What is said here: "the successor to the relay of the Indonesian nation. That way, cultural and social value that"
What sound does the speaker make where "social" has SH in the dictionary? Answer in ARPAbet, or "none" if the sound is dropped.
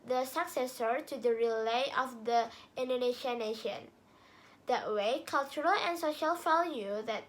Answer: SH